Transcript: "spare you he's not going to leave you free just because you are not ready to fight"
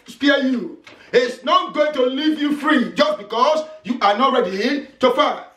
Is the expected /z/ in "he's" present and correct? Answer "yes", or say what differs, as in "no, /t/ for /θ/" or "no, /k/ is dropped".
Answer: no, /s/ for /z/